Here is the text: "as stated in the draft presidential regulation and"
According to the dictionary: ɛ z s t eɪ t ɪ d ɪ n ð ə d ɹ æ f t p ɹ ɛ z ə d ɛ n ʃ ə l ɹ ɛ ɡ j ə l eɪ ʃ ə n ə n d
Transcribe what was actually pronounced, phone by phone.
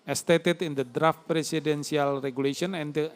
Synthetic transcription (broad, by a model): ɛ s t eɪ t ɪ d ɪ n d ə d ɹ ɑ f t p ɹ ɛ s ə d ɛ n s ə l ɹ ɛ ɡ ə l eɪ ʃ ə n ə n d